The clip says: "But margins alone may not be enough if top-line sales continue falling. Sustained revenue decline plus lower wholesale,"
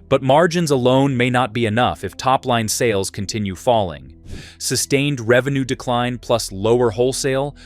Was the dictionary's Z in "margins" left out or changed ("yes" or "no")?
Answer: no